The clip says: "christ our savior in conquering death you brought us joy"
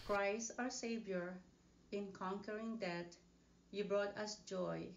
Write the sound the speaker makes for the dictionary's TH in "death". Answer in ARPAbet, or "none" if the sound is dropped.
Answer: T